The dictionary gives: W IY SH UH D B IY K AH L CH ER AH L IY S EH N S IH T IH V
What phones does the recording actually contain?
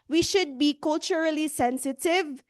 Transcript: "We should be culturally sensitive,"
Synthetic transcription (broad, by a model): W IY SH UH D B IY K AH L CH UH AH L IY S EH N S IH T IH V